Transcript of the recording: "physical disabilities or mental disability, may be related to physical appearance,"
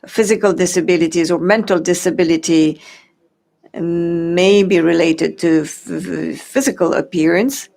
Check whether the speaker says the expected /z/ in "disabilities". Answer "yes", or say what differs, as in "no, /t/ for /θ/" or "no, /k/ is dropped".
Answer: yes